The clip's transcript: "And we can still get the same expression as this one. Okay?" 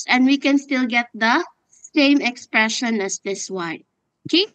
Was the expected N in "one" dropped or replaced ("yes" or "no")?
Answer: yes